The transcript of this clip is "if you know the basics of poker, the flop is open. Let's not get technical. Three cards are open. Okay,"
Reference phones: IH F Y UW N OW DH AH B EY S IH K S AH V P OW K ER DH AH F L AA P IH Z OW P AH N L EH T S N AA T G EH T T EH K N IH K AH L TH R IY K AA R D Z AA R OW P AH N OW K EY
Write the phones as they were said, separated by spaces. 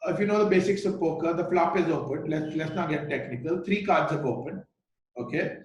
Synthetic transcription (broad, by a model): IH F Y UW N OW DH AH B EY S IH K S AH V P OW K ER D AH F L AA P IH Z OW P AH N L EH T S L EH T G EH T T EH K N IH K AH L T R IY K AA R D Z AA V OW P AH N OW K EY